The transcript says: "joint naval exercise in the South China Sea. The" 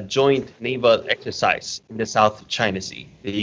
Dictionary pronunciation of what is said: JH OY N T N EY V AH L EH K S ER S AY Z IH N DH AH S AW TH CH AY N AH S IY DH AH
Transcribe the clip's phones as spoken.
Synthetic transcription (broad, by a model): JH OY N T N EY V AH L EH K S ER S AY Z IH N DH AH S AW TH CH AY N AH S IY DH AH